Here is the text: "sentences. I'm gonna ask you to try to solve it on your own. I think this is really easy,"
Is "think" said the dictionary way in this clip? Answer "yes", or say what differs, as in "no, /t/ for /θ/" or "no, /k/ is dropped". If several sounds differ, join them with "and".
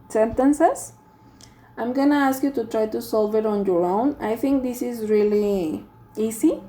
no, /t/ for /θ/